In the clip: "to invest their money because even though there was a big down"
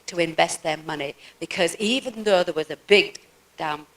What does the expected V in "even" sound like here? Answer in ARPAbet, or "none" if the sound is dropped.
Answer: V